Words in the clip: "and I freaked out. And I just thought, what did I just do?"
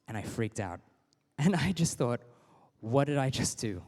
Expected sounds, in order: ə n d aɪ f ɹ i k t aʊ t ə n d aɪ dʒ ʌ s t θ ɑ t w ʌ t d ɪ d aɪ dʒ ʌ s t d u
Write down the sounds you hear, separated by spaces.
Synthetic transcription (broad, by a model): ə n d aɪ f ɹ i k t aʊ t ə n aɪ dʒ ʌ s t θ ɑ t w ʌ t d ɪ d aɪ dʒ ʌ s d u